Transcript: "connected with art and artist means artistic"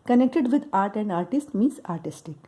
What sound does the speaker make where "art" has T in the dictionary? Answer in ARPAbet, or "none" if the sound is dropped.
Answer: T